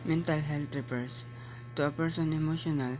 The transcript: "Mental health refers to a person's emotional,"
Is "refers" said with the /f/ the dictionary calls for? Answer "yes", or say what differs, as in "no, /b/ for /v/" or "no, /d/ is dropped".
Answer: no, /p/ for /f/